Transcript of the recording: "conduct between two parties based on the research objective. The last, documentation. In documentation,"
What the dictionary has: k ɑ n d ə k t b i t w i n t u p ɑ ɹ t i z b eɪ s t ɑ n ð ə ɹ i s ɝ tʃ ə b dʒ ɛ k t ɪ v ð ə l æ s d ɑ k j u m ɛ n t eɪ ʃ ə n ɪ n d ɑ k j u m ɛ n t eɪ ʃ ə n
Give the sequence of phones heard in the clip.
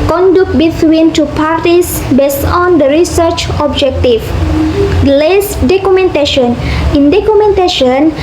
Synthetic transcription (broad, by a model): k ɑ n d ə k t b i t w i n t u p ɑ ɹ t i s b eɪ s t ɑ n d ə ɹ i s ɝ tʃ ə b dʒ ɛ k t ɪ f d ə l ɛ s d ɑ k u m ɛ n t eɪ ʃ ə n ɪ n d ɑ k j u m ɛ n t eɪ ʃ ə n